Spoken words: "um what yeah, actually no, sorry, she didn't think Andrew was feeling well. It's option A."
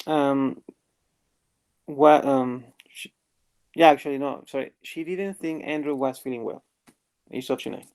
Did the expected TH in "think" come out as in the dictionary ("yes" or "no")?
yes